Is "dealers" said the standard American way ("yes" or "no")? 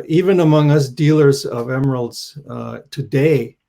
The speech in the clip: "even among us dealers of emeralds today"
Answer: yes